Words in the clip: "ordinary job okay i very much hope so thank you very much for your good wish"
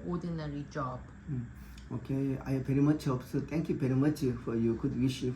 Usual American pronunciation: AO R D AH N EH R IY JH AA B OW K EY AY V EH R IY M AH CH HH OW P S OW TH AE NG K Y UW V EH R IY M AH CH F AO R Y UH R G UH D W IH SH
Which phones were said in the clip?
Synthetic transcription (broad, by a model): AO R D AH N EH R IY JH AA B OW K EY AY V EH R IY M AH CH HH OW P S OW T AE NG K Y UW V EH R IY M AH CH F AO R Y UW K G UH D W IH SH